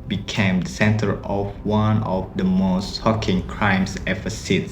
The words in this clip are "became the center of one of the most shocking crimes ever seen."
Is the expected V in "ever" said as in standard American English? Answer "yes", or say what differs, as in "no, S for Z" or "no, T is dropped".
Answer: no, F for V